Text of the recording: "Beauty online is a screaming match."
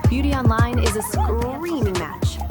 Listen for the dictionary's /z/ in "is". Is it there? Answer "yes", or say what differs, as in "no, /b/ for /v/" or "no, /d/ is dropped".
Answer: yes